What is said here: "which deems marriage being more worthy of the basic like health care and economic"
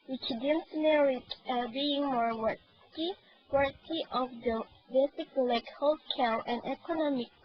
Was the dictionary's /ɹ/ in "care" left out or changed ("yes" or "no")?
yes